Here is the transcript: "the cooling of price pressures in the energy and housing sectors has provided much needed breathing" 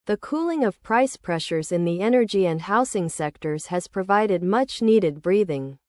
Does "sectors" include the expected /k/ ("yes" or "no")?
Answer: yes